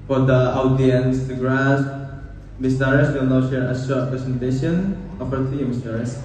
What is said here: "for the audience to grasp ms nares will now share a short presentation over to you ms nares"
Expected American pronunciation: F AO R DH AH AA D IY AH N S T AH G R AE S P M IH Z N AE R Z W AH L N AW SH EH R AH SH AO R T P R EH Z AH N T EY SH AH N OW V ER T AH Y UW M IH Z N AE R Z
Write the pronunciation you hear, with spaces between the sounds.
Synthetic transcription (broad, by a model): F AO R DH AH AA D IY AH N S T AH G R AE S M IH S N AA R S W AH L N AW SH EH R AH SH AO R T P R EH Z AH N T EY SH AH N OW P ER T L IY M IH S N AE R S